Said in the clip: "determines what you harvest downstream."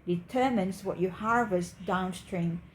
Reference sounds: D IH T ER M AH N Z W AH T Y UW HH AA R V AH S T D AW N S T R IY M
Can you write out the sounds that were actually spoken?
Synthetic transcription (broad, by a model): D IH T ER M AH N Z W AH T Y UW HH AA R V AH S T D AW N S T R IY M